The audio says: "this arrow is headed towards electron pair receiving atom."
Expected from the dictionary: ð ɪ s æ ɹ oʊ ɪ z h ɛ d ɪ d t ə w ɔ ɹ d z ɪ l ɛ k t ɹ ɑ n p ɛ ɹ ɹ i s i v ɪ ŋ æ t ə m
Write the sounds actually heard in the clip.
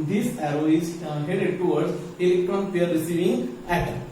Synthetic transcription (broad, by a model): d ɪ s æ ɹ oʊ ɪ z h ɛ d ɪ d t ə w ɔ ɹ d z ɪ l ɛ k t ɹ ɑ n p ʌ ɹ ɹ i s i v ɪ ŋ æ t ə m